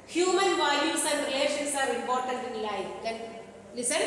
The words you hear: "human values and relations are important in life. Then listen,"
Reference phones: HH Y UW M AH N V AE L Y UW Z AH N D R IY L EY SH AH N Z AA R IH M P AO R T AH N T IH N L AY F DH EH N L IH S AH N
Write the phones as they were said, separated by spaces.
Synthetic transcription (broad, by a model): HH Y UW M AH N V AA Y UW S AH N D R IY L EY SH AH N S AA R IH M P AO R T AH N T IH N L AY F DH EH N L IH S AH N